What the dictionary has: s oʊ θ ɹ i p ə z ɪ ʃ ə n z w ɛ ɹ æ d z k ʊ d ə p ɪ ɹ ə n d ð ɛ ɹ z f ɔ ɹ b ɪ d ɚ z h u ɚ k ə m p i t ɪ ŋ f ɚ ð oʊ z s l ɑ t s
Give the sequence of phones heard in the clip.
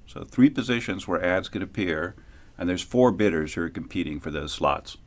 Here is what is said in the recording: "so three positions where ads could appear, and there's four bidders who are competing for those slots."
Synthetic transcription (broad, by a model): s oʊ θ ɹ i p ə z ɪ ʃ ə n z w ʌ ɹ æ d z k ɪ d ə p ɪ ɹ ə n ð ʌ ɹ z f ɔ ɹ b ɪ d ɚ z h ɚ k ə m p i t ɪ ŋ f ɚ ð oʊ z s l ɑ t s